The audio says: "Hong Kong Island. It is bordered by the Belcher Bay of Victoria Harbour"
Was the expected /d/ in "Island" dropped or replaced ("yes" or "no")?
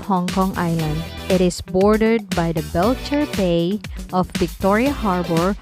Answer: no